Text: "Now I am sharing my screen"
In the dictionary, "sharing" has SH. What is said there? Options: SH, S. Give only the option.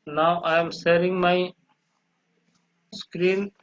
S